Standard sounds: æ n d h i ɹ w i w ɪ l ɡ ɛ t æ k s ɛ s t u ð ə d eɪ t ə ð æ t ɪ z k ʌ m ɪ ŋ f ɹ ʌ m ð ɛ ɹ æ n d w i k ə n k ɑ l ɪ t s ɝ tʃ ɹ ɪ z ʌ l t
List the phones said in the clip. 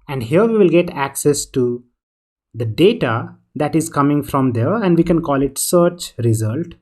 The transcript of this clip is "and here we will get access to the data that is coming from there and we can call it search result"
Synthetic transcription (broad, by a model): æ n d h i ɹ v i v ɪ l ɡ ɛ t æ k s ɛ s t u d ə d eɪ t ə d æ t ɪ z k ʌ m ɪ ŋ f ɹ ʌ m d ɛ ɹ æ n d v i k ə n k ɑ l ɪ t s ɝ tʃ ɹ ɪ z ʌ l t